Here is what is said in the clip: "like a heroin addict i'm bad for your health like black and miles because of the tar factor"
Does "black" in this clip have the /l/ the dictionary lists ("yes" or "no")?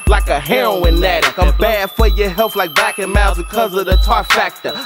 no